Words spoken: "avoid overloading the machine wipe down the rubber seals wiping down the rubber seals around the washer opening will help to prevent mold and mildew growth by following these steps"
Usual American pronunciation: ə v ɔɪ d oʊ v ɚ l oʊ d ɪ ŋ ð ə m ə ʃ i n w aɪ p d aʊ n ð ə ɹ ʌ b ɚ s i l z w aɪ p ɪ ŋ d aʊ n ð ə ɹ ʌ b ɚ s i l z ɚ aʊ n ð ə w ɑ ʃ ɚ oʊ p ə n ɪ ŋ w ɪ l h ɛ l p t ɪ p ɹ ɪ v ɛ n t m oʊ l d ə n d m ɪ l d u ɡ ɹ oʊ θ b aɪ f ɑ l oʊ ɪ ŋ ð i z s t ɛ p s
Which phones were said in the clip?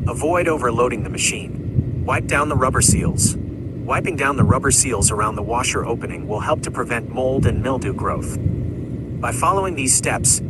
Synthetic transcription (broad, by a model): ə v ɔɪ d oʊ v ɚ l oʊ d ɪ ŋ ð ə m ə ʃ i n w aɪ p d aʊ n ð ə ɹ ʌ b ɚ s i l z w aɪ p ɪ ŋ d aʊ n ð ə ɹ ʌ b ɚ s i l z ɚ aʊ n ð ə w ɑ ʃ ɚ oʊ p ə n ɪ ŋ w ɪ l h ɛ l p t ɪ p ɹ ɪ v ɛ n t m oʊ l d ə n m ɪ l d u ɡ ɹ oʊ θ b aɪ f ɑ l oʊ ɪ ŋ ð i z s t ɛ p s